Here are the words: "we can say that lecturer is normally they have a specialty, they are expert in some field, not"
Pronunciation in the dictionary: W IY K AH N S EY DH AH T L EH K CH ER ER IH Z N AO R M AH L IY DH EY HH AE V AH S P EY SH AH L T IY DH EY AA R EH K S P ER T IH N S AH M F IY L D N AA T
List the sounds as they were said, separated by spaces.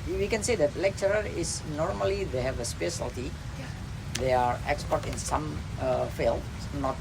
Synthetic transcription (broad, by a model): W IY K AH N S EY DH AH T L EH K CH ER ER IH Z N AO R M AH L IY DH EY HH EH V AH S P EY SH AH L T IY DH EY AA R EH K S P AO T IH N S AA M F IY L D N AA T